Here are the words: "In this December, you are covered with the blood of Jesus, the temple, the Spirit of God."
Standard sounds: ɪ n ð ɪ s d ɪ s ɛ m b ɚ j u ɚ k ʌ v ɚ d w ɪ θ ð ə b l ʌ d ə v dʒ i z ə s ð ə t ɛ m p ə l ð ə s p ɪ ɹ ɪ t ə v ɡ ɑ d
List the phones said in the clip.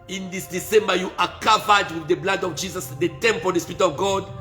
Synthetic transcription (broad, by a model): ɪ n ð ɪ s d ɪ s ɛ m b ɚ j u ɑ k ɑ v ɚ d w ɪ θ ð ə b l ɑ d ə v dʒ i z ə s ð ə t ɛ m p ə l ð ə s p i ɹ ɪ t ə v ɡ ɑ d